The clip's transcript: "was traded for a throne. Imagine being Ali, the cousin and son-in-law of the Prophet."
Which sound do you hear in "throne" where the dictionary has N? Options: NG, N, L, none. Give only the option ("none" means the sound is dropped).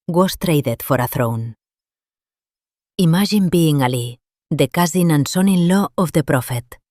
N